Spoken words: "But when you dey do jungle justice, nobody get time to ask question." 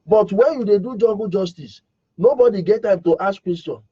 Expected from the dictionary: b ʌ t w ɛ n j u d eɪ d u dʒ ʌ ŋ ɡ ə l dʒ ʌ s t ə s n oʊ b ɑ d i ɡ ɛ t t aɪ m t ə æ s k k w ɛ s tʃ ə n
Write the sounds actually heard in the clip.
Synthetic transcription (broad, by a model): b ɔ t w ɛ n j u d eɪ d u dʒ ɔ ɡ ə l dʒ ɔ s t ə s n oʊ b ɑ d i ɡ ɛ t t aɪ m t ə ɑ s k k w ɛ s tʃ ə n